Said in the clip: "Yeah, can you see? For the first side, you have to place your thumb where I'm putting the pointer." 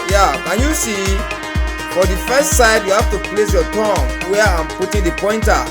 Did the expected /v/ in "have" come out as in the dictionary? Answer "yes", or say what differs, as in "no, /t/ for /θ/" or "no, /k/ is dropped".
no, /f/ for /v/